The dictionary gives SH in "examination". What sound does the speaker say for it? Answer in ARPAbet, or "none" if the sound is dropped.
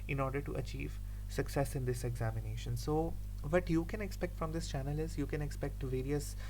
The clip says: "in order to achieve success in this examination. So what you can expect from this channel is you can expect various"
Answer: SH